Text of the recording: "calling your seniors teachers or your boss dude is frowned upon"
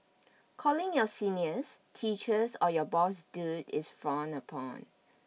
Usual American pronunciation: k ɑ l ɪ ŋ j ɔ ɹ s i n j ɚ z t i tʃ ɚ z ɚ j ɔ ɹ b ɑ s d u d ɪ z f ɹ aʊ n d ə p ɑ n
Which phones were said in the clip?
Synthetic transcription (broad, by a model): k ɑ l ɪ ŋ j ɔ s i n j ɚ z t i tʃ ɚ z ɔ j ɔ b ɑ s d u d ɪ s f ɹ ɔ n ə p ɑ n